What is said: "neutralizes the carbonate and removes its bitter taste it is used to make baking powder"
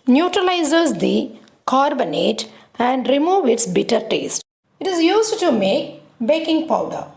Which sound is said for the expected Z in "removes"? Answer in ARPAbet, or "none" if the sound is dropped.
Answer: none